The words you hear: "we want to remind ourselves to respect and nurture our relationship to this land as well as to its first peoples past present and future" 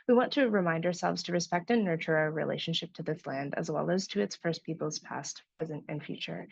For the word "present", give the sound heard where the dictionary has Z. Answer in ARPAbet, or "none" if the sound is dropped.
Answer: Z